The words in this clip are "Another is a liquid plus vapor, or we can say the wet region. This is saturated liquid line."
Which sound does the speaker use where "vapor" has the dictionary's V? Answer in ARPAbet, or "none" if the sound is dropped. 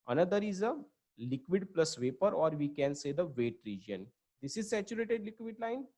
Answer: V